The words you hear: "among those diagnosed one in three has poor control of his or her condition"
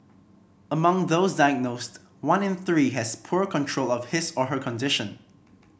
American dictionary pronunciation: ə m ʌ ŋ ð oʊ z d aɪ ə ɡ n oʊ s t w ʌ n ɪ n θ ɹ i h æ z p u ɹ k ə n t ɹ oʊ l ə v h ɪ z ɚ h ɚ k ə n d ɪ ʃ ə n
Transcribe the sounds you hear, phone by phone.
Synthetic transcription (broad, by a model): ə m ʌ ŋ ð oʊ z d aɪ ə ɡ n oʊ s t w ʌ n ɪ n θ ɹ i h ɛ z p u ɹ k ə n t ɹ oʊ l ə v h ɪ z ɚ h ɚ k ə n d ɪ ʃ ə n